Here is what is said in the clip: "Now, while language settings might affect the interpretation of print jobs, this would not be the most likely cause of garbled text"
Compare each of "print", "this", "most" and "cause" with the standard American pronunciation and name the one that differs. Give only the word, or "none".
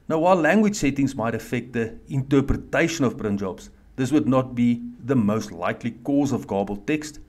print